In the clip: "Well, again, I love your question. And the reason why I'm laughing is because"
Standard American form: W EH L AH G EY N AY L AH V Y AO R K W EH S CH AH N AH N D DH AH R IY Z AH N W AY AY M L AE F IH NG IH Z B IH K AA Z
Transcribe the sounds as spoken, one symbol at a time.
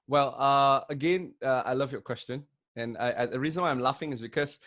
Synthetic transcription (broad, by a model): W EH L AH G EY N AY L AH V Y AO K W EH S CH AH N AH N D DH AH R IY Z AH N W AY AY M L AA F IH NG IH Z B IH K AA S